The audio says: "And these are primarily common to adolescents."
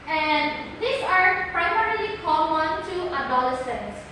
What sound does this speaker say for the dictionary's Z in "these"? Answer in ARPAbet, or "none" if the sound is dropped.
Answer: S